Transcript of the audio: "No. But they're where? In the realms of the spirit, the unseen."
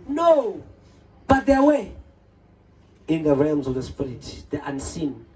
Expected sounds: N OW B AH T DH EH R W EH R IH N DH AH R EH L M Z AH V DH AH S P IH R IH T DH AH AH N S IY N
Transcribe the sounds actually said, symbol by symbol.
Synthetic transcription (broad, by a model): N OW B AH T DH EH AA W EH IH N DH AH R EH L M Z AH V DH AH S P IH R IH T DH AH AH N S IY N